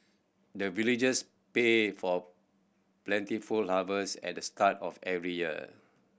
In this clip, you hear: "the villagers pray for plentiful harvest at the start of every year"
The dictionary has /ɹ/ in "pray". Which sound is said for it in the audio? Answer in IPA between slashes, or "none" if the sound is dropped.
none